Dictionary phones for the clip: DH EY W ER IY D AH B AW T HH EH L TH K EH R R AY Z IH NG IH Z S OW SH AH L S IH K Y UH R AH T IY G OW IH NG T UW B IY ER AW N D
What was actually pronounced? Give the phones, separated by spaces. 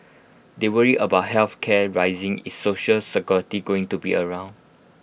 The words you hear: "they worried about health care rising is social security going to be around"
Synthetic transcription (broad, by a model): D EY W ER IY AH B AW T HH EH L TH K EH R R AY Z IH NG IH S S OW SH AH L S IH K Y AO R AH T IY G OW IH NG T UW B IY ER AW N D